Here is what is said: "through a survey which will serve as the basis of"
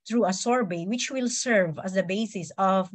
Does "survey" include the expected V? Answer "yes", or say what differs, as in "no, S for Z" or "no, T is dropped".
no, B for V